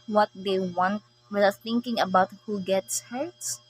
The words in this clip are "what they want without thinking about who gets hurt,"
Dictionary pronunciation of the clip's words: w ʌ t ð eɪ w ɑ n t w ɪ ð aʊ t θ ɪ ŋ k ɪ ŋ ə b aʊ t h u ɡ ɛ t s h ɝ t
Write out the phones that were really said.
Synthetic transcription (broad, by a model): w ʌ t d eɪ w ɑ n t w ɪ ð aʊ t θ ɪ ŋ k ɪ ŋ ə b aʊ t h u ɡ ɛ t s h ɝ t